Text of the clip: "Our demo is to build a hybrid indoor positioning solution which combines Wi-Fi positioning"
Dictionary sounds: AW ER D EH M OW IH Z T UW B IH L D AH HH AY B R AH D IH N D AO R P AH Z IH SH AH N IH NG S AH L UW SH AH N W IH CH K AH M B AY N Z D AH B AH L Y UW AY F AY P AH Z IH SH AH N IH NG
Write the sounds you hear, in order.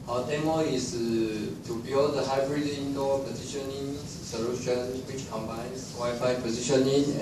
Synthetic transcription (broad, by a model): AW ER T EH M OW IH S T UW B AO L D AH HH AY B R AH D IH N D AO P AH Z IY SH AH N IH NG S AH L UW SH AH N W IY CH K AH M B AY N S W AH Y F AY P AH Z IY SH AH N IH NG